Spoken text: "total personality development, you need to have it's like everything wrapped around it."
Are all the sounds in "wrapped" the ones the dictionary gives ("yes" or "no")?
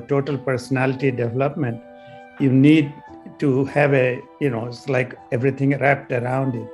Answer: yes